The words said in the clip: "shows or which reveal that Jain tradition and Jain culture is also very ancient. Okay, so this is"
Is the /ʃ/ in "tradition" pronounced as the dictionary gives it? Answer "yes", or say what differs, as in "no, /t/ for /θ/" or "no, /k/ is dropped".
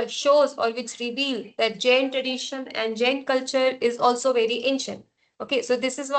yes